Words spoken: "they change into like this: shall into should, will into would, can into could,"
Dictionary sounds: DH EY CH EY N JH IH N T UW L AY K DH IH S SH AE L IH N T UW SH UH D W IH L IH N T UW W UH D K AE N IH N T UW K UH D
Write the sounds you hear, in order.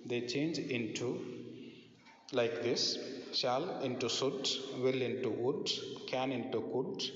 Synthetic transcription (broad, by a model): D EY CH EY N JH IH N T UW L AY K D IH S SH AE L IH N T UW S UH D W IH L IH N T UW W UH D K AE N IH N T UW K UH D